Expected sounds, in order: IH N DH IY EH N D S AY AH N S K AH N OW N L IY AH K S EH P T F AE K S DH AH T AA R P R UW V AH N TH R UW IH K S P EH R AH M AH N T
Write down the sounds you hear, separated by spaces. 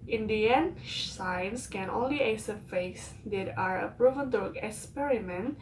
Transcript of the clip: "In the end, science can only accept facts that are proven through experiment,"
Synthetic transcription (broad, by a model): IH N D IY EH N S AY AH N S K AH N OW N L IY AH S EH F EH S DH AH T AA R P R UW V AH N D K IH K S P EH R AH M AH N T